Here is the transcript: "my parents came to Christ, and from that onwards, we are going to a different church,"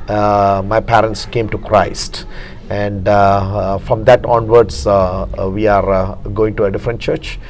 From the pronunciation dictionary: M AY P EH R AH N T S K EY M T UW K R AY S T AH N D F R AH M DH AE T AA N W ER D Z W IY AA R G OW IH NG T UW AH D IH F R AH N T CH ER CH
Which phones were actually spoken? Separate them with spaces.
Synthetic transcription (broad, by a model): M AY P EH R AH N T S K EY M T UW K R AY S T AH N D F R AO M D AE T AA N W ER D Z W IY AA R G OW IH NG T UW AH D IH F R AH N T CH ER CH